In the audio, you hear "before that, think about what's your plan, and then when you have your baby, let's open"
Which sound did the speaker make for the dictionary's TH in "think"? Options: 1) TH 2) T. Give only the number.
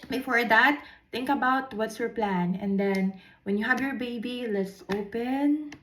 2